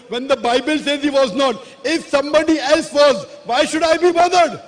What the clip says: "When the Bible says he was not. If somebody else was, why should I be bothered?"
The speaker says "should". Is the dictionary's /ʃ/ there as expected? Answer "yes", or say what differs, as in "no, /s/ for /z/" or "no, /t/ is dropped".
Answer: yes